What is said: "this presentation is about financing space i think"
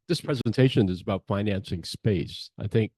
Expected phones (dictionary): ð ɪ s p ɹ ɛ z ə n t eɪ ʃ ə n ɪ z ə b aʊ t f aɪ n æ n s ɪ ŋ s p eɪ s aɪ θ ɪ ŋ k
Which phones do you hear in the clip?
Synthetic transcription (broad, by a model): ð ɪ s p ɹ ɛ z ə n t eɪ ʃ ə n ɪ z ə b aʊ t f aɪ n æ n s ɪ ŋ s p eɪ s aɪ θ ɪ ŋ k